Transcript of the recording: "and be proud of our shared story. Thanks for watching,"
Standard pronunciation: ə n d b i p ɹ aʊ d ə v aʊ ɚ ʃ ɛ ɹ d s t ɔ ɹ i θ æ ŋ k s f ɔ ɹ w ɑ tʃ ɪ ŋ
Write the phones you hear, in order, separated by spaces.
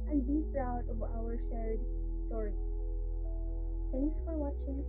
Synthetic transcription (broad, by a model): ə n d b i p ɹ aʊ d ə v aʊ ɚ ʃ ɛ ɹ d s t ɔ ɹ i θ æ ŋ k s f ɔ ɹ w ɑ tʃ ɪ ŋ